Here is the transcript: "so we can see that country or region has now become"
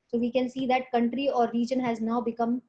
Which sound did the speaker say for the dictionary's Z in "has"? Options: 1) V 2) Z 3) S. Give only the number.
2